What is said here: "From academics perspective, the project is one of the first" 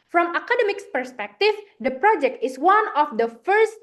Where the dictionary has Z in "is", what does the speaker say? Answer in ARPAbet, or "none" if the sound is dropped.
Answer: S